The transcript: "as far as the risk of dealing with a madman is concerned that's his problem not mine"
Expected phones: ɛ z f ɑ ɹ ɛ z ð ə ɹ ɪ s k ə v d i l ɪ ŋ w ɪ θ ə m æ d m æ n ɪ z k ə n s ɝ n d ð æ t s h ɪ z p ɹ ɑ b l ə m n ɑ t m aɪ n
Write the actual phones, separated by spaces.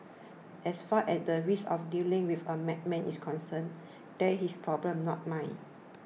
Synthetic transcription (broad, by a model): ɛ s f ɑ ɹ ɛ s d ə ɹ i s ə f d i l ɪ ŋ w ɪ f ə m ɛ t m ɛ n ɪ s k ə n s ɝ n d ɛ h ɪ s p ɹ ɑ b l ə m n ɑ t m aɪ n